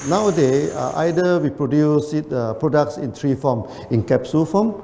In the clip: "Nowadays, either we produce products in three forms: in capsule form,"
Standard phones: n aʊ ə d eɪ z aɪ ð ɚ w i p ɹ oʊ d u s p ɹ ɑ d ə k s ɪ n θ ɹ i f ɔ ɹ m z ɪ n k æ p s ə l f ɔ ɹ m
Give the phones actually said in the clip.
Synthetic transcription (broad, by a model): n aʊ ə d eɪ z aɪ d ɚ w i p ɹ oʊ d u s p ɹ ɑ d ə k s ɪ n t ɹ i f ɔ m ɪ n k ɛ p s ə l f ɔ m